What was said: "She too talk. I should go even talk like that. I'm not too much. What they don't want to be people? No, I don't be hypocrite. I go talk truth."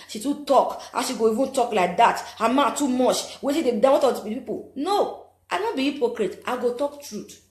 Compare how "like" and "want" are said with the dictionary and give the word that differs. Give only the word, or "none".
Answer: want